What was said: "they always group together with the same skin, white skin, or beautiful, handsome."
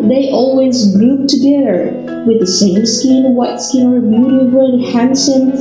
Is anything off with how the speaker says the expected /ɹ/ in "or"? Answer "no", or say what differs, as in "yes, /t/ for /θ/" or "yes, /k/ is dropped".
no